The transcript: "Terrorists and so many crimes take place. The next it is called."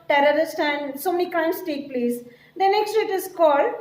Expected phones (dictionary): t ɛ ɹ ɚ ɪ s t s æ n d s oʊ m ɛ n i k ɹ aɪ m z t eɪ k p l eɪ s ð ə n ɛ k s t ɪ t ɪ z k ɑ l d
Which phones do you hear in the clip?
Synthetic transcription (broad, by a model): t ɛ ɹ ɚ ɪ s t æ n d s oʊ m ɛ n i k aɪ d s t eɪ k p l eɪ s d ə n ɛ k s t ɪ t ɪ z k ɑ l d